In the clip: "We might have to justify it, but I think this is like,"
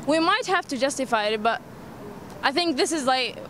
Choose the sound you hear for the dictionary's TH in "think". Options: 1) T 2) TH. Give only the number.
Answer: 2